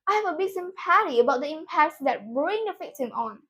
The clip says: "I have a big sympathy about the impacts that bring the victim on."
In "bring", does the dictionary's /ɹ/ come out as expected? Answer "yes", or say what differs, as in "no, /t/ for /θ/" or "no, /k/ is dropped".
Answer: yes